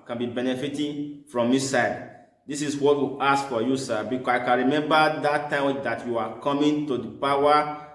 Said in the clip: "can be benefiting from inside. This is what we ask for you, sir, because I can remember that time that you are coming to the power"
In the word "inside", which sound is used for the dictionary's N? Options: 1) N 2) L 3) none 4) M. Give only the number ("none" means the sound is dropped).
3